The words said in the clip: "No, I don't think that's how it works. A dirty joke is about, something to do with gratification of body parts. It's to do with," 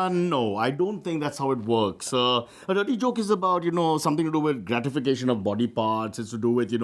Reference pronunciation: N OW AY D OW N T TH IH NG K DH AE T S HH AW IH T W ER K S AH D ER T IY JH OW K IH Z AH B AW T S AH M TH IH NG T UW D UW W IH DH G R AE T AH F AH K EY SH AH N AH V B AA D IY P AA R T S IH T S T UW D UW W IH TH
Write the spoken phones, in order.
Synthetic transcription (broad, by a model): N OW AY D OW N T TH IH NG K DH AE T S HH AW IH T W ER K S AH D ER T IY JH OW K IH Z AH B AW T S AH M T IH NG T UW D UW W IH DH G R AE T AH F AH K EY SH AH N AH V B AA D IY P AA R T S IH T S T UW D UW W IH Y